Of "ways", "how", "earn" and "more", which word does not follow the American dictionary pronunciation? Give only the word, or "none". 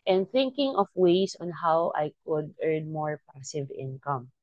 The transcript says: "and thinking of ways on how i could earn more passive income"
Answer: ways